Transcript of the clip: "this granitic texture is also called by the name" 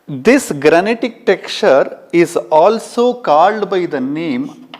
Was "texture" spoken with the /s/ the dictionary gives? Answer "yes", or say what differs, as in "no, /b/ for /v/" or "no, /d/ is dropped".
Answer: no, /s/ is dropped